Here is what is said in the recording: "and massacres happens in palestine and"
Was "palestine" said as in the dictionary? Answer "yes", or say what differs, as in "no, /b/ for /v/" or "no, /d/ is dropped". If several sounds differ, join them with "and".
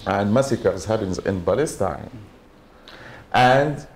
no, /b/ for /p/